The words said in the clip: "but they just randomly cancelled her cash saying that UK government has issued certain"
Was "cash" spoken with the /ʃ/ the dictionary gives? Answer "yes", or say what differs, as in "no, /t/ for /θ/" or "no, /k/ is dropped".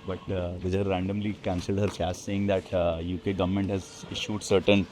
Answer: no, /s/ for /ʃ/